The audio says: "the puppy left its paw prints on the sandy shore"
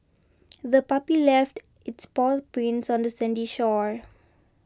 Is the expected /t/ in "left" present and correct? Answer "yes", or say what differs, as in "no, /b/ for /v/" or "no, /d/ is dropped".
yes